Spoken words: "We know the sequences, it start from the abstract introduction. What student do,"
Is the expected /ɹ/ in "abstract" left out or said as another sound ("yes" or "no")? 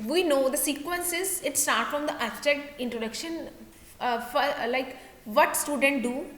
yes